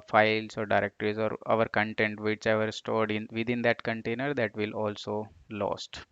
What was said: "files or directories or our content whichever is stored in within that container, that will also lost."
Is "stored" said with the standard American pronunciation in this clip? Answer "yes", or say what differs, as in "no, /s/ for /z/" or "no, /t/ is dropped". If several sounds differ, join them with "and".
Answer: yes